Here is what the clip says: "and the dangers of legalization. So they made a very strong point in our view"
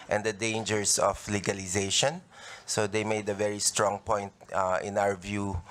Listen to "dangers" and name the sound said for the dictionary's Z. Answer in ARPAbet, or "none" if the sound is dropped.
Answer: S